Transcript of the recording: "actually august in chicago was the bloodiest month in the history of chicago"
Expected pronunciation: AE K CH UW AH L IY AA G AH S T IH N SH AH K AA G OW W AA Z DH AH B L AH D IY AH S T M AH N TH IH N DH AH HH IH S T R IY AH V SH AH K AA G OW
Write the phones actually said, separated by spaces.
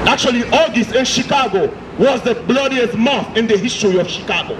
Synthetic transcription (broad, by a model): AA K CH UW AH L IY AA G AH S T IH N SH AH K AA G OW W AA Z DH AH B L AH D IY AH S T M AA TH IH N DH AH HH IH S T R IY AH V SH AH K AA G OW